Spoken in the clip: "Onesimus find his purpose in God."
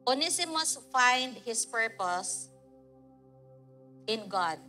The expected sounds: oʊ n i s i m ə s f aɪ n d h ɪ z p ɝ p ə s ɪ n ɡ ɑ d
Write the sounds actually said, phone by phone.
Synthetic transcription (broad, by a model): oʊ n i s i m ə s f aɪ n d h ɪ s p ɝ p ə s ɪ n ɡ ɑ d